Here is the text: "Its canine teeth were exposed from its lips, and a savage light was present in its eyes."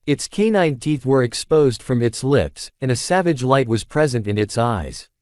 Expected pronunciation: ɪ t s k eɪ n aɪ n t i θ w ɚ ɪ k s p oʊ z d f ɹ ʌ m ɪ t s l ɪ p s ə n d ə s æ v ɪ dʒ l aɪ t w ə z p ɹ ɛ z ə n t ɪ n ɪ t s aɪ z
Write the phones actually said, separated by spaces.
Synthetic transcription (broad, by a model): ɪ t s k eɪ n aɪ n t i θ w ɚ ɪ k s p oʊ z d f ɹ ʌ m ɪ t s l ɪ p s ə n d ə s æ v ɪ dʒ l aɪ t w ə z p ɹ ɛ z ə n t ɪ n ɪ t s aɪ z